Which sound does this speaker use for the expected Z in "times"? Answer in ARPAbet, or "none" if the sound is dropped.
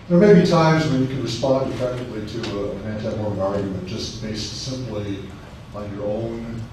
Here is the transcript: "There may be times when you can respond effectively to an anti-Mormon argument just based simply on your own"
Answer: Z